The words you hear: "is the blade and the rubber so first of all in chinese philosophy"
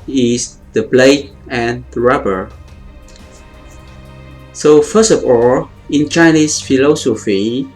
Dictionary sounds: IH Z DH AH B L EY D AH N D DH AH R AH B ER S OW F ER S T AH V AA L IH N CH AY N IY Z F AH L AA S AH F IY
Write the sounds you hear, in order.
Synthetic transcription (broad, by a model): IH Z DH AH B L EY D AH N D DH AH R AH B ER S OW F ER S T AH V AA L IH N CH AY N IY S F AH L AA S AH F IY